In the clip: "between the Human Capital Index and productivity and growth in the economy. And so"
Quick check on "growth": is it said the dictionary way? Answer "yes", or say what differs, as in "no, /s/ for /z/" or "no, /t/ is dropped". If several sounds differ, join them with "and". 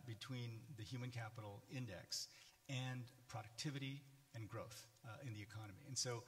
yes